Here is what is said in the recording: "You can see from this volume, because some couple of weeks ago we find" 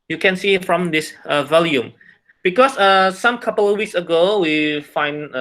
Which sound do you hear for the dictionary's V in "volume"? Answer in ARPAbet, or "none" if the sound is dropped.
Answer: V